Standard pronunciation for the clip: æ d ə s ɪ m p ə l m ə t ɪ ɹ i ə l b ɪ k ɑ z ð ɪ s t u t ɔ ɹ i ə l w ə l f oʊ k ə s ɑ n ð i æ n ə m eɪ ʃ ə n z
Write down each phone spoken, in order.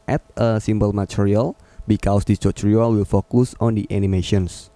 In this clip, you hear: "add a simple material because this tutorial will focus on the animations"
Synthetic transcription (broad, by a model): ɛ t ə s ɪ m b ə l m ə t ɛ ɹ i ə l b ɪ k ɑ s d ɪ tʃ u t ɹ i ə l w ə l f oʊ k ə s ɑ n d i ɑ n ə m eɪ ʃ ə n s